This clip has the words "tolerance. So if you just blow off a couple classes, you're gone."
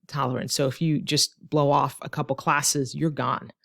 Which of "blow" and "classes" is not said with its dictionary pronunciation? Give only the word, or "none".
none